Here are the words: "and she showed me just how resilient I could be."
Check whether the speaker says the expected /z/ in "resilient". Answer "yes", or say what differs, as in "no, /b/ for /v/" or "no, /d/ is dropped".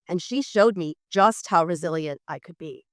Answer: yes